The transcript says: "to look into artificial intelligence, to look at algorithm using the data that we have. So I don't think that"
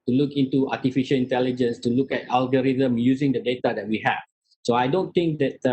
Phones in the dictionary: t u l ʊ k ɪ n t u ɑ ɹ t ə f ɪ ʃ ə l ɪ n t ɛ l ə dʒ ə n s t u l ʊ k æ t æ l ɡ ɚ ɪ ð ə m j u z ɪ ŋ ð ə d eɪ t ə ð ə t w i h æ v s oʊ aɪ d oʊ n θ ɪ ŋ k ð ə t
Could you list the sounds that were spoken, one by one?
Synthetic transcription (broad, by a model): t u l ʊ k ɪ n t u ɑ t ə f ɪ ʃ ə l ɪ n t ɛ l ə dʒ ə n s t u l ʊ k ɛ t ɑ l ɡ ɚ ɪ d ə m j u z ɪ ŋ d ə d eɪ t ə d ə t w i h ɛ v s oʊ aɪ d oʊ n t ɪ ŋ k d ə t